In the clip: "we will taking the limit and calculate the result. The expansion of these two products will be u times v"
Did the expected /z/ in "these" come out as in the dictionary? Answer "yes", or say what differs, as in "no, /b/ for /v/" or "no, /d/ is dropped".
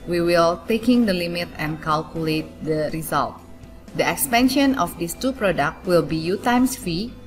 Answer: no, /s/ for /z/